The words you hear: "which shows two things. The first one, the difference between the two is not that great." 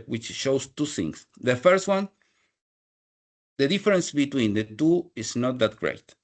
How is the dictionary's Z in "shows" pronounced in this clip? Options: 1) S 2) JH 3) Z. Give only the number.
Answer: 1